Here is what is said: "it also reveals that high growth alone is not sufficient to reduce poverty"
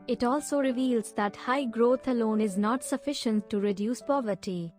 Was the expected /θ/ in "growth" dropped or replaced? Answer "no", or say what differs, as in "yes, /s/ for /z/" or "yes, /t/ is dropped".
yes, /t/ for /θ/